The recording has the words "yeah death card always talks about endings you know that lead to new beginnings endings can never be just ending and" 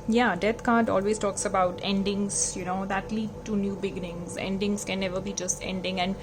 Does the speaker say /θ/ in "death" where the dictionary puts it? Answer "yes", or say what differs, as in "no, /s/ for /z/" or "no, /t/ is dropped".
no, /t/ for /θ/